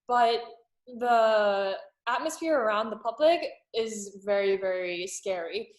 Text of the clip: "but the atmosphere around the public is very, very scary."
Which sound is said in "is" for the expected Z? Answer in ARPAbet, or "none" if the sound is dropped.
Z